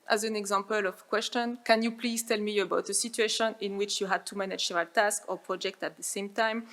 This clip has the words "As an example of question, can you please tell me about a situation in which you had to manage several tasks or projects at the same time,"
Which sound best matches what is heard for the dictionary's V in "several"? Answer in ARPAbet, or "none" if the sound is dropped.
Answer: none